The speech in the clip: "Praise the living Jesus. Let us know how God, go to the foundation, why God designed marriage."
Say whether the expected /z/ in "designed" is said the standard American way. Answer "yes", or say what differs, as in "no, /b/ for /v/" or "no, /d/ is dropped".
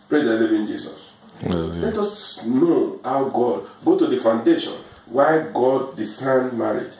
no, /s/ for /z/